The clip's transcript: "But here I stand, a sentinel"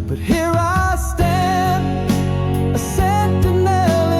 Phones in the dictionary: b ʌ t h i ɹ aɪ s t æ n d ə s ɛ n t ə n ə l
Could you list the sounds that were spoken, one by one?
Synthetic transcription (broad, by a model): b ʌ t h i ɹ aɪ s t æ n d ə s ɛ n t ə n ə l